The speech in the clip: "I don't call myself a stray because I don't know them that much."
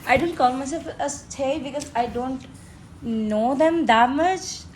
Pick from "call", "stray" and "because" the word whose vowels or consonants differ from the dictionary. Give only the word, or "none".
stray